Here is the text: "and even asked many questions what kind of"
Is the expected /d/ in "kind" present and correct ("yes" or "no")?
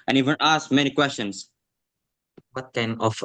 no